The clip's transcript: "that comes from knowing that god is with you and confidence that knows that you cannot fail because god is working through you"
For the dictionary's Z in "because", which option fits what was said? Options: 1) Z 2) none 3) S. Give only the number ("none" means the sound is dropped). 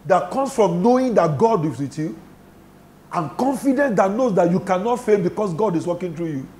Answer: 3